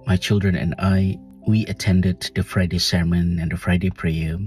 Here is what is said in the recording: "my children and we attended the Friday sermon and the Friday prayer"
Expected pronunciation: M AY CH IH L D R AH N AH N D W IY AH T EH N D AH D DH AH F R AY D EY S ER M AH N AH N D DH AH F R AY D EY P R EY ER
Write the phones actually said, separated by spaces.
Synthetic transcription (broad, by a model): M AY CH IH L D R AH N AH N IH W IY AH T EH N D AH D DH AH F R AY D EY S ER M AH N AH N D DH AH F R AY D EY P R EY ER